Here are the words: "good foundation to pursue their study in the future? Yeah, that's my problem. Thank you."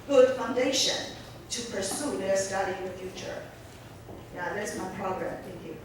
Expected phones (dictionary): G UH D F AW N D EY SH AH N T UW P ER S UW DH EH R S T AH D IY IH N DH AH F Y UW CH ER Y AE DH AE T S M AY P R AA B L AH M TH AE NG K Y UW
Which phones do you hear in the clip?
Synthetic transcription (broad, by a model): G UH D F AW N D EY SH AH N T UW P ER S UW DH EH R S T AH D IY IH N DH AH F Y UW CH ER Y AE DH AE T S M AY P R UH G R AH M T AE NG K Y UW